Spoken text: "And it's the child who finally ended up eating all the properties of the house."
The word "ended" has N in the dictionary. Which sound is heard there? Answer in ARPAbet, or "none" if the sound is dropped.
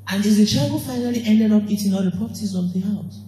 N